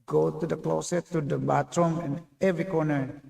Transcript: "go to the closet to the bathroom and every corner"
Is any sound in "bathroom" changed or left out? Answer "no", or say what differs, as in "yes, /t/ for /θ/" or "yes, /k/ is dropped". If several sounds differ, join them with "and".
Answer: yes, /t/ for /θ/